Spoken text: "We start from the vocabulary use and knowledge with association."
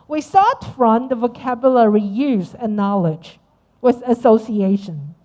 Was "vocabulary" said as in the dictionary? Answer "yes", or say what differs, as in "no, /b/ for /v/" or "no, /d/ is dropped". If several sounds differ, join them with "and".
yes